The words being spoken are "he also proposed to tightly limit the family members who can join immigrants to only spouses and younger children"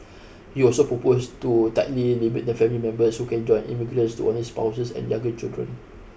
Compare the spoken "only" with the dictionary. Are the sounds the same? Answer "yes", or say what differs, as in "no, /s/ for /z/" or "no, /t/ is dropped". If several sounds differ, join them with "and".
no, /l/ is dropped